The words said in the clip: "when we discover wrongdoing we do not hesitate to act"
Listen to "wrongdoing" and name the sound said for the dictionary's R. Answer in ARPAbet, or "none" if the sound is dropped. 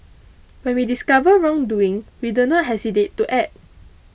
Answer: R